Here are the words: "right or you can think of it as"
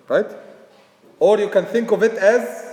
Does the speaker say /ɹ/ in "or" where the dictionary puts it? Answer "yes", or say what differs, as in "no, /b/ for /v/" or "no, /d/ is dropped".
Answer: yes